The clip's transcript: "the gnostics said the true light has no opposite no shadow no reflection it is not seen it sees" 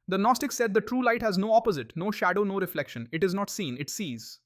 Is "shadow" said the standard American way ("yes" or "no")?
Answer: yes